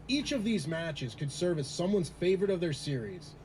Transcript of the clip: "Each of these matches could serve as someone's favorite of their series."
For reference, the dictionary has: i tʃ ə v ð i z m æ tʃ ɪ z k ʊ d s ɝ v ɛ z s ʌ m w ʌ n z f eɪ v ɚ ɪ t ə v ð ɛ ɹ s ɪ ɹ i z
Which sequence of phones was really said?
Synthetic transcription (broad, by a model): i tʃ ə v ð i z m æ tʃ ɪ z k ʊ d s ɝ v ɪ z s ʌ m w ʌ n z f eɪ v ɚ ɪ t ə v ð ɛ ɹ s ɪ ɹ i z